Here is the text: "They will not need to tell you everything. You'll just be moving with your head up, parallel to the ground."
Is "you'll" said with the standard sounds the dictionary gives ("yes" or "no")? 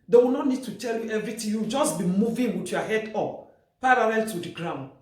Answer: no